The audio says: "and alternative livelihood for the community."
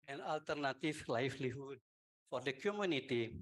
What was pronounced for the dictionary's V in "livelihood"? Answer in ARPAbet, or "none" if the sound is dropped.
F